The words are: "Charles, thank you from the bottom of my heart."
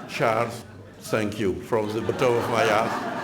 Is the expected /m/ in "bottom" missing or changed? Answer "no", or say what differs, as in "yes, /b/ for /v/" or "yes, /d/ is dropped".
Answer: yes, /m/ is dropped